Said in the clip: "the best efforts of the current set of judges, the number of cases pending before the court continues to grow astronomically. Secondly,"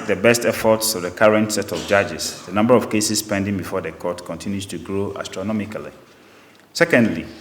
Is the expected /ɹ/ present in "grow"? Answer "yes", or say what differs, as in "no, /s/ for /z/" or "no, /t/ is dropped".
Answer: yes